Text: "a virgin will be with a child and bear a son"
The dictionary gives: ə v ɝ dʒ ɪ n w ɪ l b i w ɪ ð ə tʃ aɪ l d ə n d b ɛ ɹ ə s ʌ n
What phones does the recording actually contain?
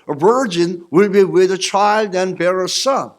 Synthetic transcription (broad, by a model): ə v ɝ dʒ ɪ n w ɪ l b i w ɪ ð ə tʃ aɪ l d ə n b ɛ ɹ ə s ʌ n